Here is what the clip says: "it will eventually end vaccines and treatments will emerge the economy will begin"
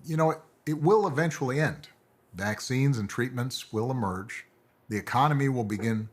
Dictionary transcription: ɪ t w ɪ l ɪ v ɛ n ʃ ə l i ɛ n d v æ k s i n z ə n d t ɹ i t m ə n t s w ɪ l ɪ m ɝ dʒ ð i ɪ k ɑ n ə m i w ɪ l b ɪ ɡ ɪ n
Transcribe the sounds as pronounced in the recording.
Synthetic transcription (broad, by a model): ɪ t w ɪ l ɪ v ɛ n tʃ l i ɛ n d v æ k s i n z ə n t ɹ i t m ə n t s w ɪ l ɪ m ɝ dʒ ð i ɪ k ɑ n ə m i w ɪ l b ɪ ɡ ɪ n